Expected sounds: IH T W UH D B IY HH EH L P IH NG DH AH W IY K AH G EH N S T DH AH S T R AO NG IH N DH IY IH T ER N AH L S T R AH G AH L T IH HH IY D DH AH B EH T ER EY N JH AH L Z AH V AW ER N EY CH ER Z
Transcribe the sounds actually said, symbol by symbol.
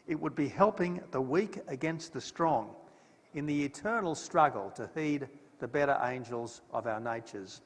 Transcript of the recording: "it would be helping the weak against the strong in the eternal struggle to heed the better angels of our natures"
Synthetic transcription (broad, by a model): IH T W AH D B IY HH EH L P IH NG DH AH W IY K AH G EH N S T DH AH S T R AO NG IH N DH IY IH T ER N L S T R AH G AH L T IH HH IY D DH AH B EH T ER EY N JH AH L Z AH V AW ER N EY CH ER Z